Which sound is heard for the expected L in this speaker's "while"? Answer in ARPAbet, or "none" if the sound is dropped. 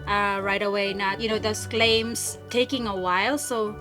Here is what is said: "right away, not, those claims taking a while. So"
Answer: L